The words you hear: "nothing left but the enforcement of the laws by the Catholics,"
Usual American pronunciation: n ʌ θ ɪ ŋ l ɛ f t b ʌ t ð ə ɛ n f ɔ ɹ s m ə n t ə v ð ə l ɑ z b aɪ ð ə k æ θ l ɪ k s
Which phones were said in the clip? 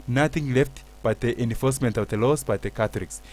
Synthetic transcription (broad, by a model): n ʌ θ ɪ ŋ l ɛ f t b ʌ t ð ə ɛ n f ɔ ɹ s m ə n t ə v ð ə l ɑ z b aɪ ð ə k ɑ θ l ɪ k s